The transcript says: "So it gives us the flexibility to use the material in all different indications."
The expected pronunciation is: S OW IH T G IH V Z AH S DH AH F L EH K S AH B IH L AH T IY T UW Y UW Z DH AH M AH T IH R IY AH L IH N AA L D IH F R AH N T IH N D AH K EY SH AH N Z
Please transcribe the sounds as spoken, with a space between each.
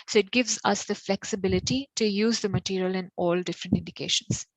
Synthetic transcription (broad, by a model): S OW IH T G IH V Z AH S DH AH F L EH K S AH B IH L AH T IY T UW Y UW Z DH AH M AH T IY R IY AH L IH N AA L D IH F R AH N T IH N D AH K EY SH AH N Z